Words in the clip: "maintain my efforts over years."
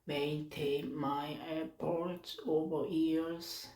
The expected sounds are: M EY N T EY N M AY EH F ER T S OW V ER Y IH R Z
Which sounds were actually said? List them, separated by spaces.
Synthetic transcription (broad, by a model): M EY N T EY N M AY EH P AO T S OW V ER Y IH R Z